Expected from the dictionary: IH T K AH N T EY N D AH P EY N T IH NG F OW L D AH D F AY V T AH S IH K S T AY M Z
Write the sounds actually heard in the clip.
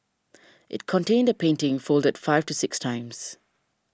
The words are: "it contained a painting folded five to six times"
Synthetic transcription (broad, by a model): IH T K AH N T EY N D AH P EY N T IH NG F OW L D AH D F AY V T AH S IH K S T AY M Z